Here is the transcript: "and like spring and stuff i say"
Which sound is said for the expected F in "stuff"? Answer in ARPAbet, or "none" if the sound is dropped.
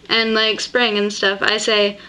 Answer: F